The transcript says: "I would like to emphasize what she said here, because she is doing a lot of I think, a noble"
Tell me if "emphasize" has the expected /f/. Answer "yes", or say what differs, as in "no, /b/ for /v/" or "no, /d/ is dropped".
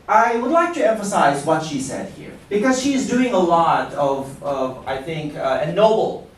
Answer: yes